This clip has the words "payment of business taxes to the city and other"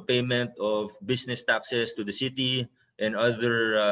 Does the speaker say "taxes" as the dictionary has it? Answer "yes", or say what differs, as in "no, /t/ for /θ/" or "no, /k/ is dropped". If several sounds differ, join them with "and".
no, /s/ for /z/